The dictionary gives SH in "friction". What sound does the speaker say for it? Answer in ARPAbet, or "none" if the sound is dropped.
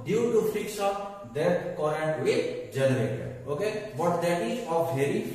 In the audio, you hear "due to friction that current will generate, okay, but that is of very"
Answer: S